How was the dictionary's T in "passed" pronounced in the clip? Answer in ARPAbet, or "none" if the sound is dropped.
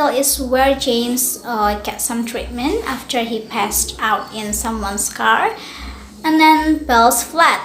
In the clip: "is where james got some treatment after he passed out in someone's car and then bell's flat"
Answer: T